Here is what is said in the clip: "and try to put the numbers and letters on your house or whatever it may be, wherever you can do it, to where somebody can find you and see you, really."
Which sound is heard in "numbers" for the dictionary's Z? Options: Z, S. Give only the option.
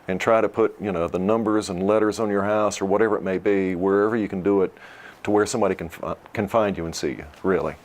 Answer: Z